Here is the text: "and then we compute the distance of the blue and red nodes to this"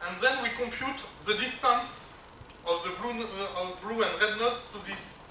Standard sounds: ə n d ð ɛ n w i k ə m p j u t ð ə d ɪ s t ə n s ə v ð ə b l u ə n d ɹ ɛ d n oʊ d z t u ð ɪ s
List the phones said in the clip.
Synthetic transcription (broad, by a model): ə n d ð ɛ n w i k ə m p j u t ð ə d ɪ s t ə n s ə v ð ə b l u ə n d ɹ ɛ d n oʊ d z t u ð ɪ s